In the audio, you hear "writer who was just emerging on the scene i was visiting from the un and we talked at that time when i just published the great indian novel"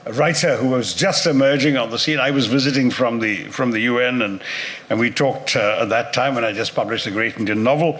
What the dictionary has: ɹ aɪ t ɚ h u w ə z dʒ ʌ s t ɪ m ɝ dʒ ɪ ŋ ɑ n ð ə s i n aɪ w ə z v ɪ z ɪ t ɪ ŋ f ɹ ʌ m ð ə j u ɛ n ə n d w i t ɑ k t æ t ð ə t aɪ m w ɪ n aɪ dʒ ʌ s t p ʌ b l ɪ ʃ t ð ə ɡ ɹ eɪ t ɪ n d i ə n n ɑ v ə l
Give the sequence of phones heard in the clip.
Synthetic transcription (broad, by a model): ɹ aɪ t ɚ h u w ə z dʒ ʌ s t ɪ m ɝ dʒ ɪ ŋ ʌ n ð ə s i n aɪ w ə z v ɪ z ɪ t ɪ ŋ f ɹ ʌ m ð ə j u ɛ n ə n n w i t ɑ k t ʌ t ð ə t aɪ m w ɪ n aɪ dʒ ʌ s p ʌ b l ɪ ʃ t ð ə ɡ ɹ eɪ t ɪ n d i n n ɑ v l